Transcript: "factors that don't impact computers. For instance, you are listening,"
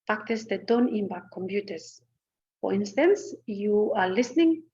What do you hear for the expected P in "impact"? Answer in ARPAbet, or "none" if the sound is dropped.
B